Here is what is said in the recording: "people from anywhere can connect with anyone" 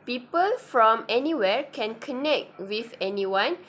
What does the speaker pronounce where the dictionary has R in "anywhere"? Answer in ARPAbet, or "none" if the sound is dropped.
R